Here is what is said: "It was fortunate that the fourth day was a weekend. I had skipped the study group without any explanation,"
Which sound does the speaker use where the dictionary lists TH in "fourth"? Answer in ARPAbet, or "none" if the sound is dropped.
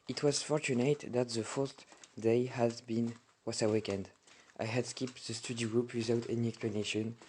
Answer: T